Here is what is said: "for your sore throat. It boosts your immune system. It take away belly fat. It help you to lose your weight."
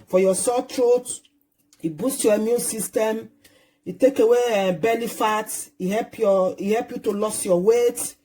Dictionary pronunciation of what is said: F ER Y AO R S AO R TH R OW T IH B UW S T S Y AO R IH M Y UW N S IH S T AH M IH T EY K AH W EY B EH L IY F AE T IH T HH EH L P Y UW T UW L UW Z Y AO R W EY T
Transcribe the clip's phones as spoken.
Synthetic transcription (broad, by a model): F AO Y AO S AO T R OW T IH B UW S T Y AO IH M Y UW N S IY S T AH M IH T EY K AH W EY B EH L IY F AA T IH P HH EH L P Y UW T UW L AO S Y AO W EY T